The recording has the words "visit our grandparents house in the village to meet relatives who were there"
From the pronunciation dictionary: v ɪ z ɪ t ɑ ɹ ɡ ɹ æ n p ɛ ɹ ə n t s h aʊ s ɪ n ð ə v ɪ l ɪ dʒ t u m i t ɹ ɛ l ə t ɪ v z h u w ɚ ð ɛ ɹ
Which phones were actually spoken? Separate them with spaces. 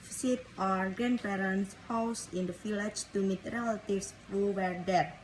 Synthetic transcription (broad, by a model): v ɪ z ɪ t ɑ ɹ ɡ ɹ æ n p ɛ ɹ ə n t s h aʊ s ɪ n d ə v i l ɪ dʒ t u m i t ɹ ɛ l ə t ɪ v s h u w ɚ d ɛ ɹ